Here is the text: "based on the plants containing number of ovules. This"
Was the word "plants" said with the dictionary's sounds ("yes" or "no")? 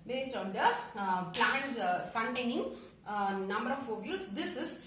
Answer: no